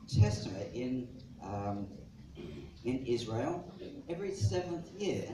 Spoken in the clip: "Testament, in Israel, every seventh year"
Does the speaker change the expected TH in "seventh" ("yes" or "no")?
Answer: no